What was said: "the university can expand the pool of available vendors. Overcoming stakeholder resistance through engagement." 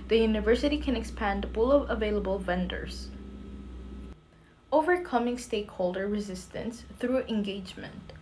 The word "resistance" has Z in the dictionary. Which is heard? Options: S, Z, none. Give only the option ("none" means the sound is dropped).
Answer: Z